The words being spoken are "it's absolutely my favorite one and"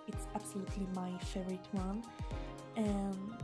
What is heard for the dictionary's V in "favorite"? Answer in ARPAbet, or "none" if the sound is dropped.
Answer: none